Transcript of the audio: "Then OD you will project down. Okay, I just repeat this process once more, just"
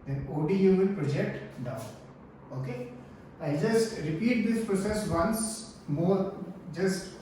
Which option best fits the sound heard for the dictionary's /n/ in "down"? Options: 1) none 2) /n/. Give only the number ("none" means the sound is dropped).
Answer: 1